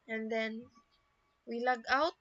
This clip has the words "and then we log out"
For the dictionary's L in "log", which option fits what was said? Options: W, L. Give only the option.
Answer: L